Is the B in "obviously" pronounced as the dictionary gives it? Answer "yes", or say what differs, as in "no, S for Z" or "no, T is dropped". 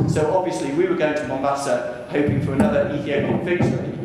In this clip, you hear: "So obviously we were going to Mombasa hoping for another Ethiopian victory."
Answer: yes